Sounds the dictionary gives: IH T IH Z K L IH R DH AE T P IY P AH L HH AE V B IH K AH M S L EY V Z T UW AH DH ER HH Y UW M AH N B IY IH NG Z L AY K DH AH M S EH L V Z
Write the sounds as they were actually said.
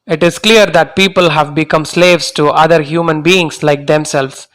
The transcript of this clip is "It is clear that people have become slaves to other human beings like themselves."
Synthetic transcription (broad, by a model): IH T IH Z K L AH R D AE T P IY P AH L HH AE V B IH K AH M S L EY V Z T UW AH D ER HH Y UW M AH N B IY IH NG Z L AY K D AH M S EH L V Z